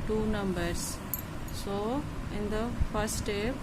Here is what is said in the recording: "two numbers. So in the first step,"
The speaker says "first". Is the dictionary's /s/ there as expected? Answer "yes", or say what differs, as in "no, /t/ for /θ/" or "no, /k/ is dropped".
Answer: no, /s/ is dropped